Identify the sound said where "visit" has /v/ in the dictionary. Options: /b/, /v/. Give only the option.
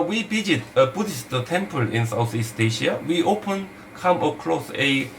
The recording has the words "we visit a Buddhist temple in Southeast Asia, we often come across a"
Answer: /b/